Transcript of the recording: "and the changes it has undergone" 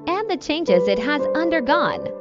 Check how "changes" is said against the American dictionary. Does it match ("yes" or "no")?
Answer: yes